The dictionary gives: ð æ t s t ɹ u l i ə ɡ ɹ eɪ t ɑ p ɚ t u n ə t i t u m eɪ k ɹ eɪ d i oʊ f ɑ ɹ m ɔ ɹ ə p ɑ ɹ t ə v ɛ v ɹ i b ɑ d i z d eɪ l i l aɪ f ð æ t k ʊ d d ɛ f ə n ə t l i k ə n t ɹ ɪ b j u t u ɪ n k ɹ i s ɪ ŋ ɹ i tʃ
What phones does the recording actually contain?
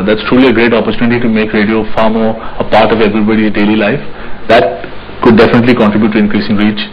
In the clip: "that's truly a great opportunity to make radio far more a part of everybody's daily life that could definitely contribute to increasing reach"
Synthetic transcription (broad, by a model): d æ t s t ɹ u l i ə ɡ ɹ eɪ t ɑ p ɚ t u n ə t i t u m eɪ k ɹ eɪ d i oʊ f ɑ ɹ m ɔ ɹ ə p ɑ ɹ t ə v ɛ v ɹ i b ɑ d i d eɪ l i l aɪ f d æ t k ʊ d d ɛ f ə n ə t l i k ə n t ɹ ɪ b j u t u ɪ n k ɹ i s ɪ ŋ ɹ i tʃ